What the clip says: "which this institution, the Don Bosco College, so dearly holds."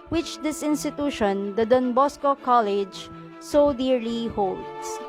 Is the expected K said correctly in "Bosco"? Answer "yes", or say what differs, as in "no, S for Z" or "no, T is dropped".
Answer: yes